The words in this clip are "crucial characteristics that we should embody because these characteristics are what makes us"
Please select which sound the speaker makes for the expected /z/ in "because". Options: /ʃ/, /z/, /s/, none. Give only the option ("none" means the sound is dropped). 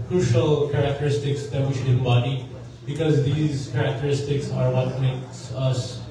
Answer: /z/